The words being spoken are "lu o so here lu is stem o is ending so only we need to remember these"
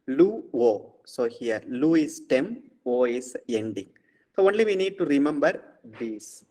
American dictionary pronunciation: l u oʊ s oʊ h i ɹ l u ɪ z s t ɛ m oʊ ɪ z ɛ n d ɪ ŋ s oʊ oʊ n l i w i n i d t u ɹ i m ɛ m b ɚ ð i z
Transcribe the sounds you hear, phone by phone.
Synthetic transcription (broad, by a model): l u oʊ s oʊ h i ɹ l u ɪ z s t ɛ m oʊ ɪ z ɛ n d ɪ ŋ s oʊ oʊ n l i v i n i d t u ɹ i m ɛ m b ɚ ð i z